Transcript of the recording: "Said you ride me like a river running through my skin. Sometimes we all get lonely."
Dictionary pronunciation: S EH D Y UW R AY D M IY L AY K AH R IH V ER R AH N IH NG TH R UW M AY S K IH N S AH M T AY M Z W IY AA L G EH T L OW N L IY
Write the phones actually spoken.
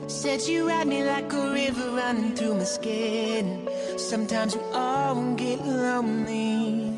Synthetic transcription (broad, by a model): S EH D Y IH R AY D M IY L AY K AH R IH V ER R AH N IH NG TH R UW M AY S K IH N S AH M T AY M Z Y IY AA N G EH T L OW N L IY